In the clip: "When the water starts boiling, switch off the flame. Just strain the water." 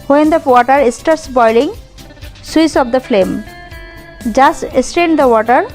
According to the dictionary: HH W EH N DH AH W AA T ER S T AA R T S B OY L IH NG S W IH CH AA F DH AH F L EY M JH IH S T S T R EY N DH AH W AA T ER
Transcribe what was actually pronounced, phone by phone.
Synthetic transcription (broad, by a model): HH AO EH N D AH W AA T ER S T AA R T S B OY L IH NG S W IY S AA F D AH F L EY M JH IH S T S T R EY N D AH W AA T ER